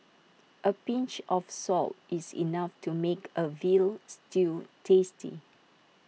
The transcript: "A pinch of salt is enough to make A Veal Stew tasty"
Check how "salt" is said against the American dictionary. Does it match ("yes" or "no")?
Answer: yes